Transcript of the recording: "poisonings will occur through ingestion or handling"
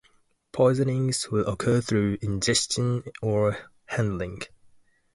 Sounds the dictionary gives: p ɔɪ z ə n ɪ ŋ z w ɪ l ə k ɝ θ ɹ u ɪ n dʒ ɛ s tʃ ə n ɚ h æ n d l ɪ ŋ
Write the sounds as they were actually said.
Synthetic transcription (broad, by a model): p ɔɪ z ə n ɪ ŋ z w ɪ l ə k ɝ θ ɹ u ɪ n dʒ ɛ s tʃ ə n ɚ h æ n d l ɪ ŋ